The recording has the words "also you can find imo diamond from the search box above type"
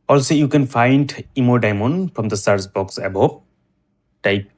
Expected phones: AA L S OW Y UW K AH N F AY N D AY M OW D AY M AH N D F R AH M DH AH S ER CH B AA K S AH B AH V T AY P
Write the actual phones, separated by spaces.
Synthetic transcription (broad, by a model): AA L S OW Y UW K AH N F AY N D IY M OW D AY M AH N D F R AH M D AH S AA S B AA K S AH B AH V T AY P